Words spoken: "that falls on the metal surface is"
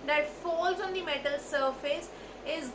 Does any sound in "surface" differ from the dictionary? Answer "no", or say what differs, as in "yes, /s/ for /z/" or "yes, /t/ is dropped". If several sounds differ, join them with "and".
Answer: no